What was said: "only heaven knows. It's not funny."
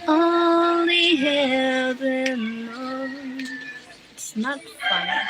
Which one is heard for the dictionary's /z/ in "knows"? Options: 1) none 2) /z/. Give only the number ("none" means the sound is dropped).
1